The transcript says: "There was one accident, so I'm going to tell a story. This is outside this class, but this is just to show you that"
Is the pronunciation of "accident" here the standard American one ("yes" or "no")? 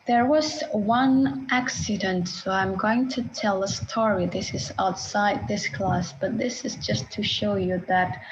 yes